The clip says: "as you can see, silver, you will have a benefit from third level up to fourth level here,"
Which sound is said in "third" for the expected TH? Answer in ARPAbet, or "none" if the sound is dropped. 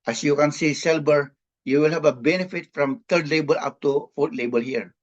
T